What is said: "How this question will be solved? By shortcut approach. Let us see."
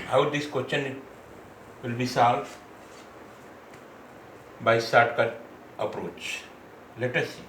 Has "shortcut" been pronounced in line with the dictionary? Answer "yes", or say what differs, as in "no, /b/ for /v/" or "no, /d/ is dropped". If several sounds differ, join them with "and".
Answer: no, /s/ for /ʃ/